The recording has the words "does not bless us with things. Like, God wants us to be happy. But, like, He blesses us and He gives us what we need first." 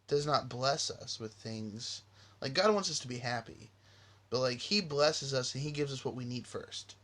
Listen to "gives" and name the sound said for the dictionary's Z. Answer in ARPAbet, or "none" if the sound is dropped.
Z